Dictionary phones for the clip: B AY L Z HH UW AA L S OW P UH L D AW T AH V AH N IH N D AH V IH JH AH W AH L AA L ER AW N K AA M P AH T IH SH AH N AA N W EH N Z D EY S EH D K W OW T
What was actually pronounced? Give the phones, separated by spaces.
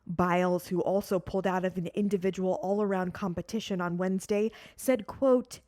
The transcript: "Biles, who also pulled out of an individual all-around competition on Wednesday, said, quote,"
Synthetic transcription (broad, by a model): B AY L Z HH UW AA L S OW P UH L D AW T AH V AH N IH N D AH V IH JH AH W L AA L ER AW N K AA M P AH T IH SH AH N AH N W EH N Z D EY S EH D K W OW T